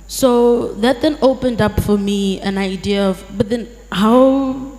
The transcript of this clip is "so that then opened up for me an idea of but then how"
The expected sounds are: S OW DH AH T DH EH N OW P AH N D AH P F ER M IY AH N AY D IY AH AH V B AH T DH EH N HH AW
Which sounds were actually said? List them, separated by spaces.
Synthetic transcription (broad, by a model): S OW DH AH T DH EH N OW P AH N D AH P F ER M IY AH N AY D IY AH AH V B AH T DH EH N HH AW